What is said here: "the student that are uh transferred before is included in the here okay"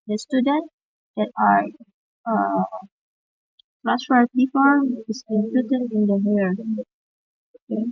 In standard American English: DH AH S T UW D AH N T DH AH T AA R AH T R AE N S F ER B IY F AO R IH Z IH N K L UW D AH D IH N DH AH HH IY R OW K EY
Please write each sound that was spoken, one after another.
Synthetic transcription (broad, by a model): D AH S T UW D AH N T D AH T AA R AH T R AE S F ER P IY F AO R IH S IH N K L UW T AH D IH N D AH HH IY R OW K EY